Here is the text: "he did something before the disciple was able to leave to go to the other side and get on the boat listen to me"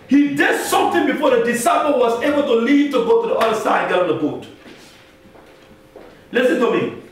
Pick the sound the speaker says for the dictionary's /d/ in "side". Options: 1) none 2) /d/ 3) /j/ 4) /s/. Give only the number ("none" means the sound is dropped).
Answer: 1